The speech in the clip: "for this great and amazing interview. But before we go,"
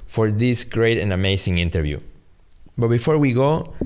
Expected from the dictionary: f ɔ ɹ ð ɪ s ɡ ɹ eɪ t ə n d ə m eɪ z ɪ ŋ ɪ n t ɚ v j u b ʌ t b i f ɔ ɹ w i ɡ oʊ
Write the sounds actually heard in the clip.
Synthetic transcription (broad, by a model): f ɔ ɹ ð ɪ s ɡ ɹ eɪ t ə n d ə m eɪ s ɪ ŋ ɪ n t ɚ v j u b ʌ t b i f ɔ ɹ w i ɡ oʊ